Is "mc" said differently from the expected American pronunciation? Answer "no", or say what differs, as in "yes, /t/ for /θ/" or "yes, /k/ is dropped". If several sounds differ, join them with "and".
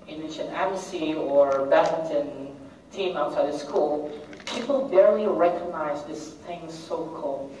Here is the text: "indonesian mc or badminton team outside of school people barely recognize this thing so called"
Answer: yes, /m/ is dropped